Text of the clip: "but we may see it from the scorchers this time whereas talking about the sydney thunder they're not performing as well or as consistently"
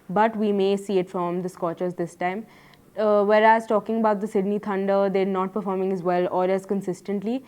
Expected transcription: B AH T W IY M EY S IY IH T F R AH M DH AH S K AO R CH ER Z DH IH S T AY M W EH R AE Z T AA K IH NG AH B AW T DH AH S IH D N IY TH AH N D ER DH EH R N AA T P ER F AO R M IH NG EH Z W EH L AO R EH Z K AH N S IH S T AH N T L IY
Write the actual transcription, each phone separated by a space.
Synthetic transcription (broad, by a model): B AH T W IY M EY S IY IH T F R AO M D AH S K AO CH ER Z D IH S T AY M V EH R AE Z T AA K IH NG AH B AW T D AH S IH D N IY T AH N D ER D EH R N AA T P ER F AO R M IH NG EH Z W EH L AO L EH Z K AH N S IH S T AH N T L IY